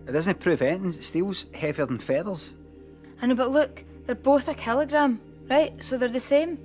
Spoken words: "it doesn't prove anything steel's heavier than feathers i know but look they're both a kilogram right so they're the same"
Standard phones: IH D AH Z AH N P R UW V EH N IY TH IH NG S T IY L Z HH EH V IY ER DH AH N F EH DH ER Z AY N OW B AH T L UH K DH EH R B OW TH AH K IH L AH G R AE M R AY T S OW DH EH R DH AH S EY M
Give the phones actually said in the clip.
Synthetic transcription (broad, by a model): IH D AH Z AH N P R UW V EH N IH S T IY L Z HH EH V IY ER DH AH N F EH DH ER Z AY N OW B AH T L UH K DH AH R B OW TH AH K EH L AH G R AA M R AY T S OW DH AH R DH AH S EY M